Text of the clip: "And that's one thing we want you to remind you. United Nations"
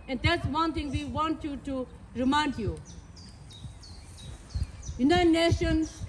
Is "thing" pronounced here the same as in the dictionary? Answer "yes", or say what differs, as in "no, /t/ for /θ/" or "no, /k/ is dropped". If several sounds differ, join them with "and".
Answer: no, /t/ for /θ/